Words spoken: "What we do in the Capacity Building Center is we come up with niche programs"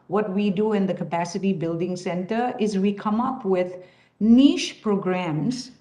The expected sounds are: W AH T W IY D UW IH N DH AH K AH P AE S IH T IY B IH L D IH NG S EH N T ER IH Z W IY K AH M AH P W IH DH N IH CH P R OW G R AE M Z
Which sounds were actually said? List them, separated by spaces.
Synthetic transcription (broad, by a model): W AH T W IY D UW IH N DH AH K AH P AE S IH T IY B IH L D IH NG S EH N T ER IH Z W IY K AH M AH P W IH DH N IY SH P R OW G R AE M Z